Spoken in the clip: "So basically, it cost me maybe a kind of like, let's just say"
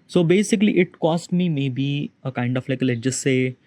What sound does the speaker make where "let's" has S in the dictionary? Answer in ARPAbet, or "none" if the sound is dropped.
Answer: none